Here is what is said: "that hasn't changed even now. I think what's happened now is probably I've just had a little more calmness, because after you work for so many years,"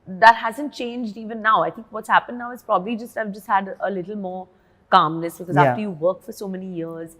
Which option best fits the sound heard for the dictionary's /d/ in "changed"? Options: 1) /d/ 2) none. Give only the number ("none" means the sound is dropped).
1